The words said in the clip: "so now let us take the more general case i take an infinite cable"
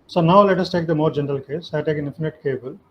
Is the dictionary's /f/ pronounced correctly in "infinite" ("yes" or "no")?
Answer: yes